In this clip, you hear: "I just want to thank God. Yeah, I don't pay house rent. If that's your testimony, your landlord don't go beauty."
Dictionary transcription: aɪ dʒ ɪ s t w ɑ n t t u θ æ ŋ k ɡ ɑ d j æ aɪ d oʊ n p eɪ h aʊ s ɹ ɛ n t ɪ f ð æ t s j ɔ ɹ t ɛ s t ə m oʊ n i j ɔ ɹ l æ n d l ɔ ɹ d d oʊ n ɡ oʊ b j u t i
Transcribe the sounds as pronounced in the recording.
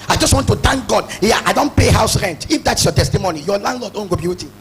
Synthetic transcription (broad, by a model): aɪ dʒ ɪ s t w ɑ n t t u t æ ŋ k ɡ ɑ d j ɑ aɪ d oʊ n p eɪ h aʊ s ɹ ɛ n t ɪ f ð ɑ t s j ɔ t ɛ s t ə m oʊ n i j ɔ l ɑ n d l ɔ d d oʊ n ɡ oʊ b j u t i